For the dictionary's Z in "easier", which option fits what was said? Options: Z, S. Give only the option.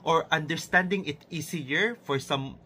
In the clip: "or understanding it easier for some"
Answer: S